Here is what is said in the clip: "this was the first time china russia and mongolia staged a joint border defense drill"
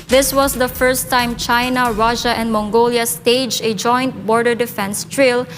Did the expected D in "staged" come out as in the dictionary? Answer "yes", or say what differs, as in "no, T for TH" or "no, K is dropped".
no, D is dropped